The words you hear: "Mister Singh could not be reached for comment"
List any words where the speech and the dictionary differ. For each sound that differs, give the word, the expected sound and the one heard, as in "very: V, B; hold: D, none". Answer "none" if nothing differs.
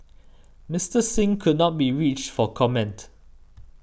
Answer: none